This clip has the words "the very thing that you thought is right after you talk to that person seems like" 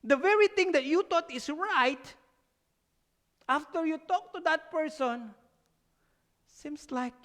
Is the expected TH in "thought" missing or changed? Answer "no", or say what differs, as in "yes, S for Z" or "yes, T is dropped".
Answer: yes, T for TH